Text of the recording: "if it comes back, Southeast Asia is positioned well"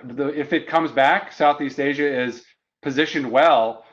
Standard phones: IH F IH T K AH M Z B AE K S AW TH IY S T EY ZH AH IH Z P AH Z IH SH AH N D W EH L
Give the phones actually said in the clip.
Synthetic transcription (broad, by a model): IH F IH T K AH M Z B AE K S AW TH IY S T EY ZH AH IH Z P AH Z IH SH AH N W EH L